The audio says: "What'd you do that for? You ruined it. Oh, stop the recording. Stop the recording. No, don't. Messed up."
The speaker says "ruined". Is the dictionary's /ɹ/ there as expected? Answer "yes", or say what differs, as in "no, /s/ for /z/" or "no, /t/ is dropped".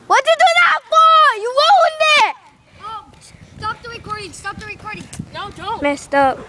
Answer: no, /w/ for /ɹ/